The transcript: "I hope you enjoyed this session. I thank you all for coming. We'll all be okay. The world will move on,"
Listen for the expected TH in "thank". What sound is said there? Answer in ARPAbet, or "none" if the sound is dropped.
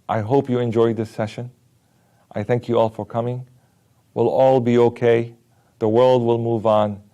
TH